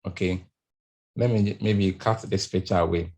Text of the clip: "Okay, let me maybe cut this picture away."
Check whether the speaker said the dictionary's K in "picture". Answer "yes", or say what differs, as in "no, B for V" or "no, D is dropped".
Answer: no, K is dropped